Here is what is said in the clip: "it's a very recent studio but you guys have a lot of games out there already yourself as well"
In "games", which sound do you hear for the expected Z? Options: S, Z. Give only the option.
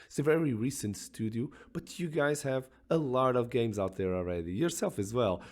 Z